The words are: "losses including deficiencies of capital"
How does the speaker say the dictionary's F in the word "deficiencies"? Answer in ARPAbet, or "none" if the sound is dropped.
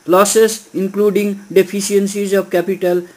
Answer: P